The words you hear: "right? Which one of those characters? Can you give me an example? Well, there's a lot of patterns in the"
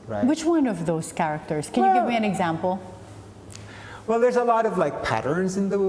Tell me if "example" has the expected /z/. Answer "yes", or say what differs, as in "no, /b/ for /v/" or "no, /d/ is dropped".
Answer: yes